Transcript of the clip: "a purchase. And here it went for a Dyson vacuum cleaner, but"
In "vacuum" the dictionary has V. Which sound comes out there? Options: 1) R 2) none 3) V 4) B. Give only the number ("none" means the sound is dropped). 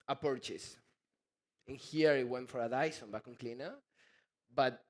4